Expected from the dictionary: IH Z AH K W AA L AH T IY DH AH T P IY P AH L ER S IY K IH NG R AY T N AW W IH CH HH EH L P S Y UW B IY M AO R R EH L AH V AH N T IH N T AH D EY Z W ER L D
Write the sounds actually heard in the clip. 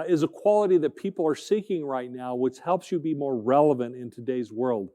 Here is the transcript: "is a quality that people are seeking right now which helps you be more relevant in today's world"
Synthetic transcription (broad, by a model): IH Z AH K W AA L AH T IY DH AH T P IY P L ER S IY K IH NG R AY T N AW W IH CH HH EH L P S Y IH B IY M AO R R EH L AH V AH N T IH N T AH D EY Z W ER L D